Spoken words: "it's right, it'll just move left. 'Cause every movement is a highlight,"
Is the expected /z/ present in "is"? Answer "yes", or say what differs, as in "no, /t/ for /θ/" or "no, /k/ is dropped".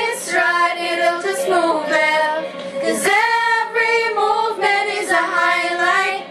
yes